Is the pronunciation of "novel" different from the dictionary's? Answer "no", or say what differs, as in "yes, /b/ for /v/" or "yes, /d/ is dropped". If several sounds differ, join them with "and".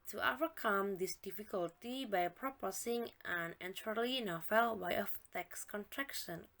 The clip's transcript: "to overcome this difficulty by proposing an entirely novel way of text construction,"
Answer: yes, /f/ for /v/